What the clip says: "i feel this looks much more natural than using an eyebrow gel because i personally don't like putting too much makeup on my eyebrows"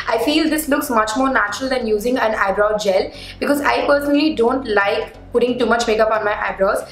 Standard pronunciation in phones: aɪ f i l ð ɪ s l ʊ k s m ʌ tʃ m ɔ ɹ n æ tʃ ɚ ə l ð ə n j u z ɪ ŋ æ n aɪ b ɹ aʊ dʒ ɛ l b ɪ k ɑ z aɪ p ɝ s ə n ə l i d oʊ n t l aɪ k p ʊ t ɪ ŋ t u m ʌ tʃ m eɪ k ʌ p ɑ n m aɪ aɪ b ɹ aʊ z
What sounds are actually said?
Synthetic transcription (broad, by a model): aɪ f i l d ɪ s l ʊ k s m ʌ tʃ m ɔ ɹ n æ tʃ ɚ ə l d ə n j u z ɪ ŋ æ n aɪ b ɹ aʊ dʒ ɛ l b ɪ k ɑ z aɪ p ɝ s ə n ə l i d oʊ n t l aɪ k p ʊ t ɪ ŋ t u m ʌ tʃ m eɪ k ʌ p ɑ n m aɪ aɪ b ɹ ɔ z